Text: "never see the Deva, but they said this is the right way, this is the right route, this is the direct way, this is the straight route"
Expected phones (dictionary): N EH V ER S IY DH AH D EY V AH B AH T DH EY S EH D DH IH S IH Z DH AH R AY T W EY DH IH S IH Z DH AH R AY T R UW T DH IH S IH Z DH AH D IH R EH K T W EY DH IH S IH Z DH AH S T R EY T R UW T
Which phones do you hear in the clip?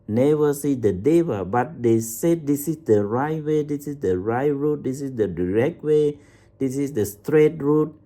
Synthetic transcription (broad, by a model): N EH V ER S IY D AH D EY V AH B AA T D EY S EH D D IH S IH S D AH R AY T W EY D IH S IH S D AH R AY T R UW T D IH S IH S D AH D IH R EH K T W EY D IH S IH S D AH S T R EY T R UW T